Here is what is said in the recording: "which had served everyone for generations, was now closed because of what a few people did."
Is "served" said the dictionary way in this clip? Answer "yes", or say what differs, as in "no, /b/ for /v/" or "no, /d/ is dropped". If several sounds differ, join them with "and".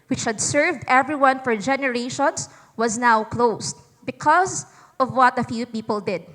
yes